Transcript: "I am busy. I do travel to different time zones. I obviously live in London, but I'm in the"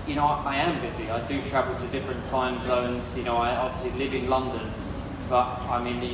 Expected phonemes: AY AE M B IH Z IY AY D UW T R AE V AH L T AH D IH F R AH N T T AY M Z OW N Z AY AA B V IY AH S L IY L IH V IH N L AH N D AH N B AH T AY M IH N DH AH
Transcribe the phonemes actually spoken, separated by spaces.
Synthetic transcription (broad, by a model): AY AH M B IH Z IY AY D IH T R AE V AH L T AH D IH F R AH N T T AY M Z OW N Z AY AA B V IY AH S L IY L IH V IH N L AH N D AH N B AH T AY M IH N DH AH